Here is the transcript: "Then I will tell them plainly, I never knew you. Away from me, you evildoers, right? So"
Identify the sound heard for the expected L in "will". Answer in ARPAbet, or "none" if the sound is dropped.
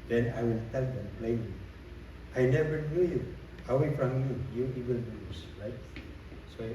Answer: L